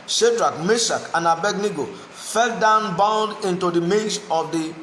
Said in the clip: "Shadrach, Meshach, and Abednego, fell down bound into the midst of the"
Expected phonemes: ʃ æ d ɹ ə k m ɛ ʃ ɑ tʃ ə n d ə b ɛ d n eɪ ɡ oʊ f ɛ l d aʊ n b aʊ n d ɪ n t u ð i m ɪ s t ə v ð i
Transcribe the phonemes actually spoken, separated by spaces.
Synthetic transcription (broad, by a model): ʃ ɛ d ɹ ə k m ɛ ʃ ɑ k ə n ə b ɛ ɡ n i ɡ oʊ f ɛ l d aʊ n b aʊ n d ɪ n t u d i m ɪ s ə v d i